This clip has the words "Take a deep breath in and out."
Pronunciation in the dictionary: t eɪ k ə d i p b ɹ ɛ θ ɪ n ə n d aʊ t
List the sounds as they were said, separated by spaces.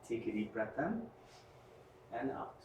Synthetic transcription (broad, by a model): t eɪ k ə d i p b ɹ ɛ t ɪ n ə n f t